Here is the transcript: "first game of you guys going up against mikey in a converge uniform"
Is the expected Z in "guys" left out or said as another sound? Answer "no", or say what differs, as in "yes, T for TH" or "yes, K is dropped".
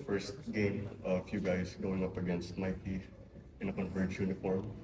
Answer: yes, S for Z